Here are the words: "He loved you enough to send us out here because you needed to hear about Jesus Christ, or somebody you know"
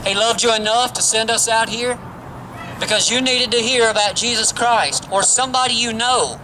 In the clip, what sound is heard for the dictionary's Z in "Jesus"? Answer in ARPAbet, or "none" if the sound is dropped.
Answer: Z